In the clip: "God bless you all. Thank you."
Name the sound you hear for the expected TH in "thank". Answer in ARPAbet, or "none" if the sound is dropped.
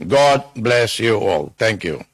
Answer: T